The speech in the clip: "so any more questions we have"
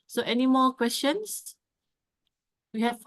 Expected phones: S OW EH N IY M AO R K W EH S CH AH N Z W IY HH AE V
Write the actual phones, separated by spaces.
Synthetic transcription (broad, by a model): S OW EH N IY M AO K W EH S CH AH N S W IY HH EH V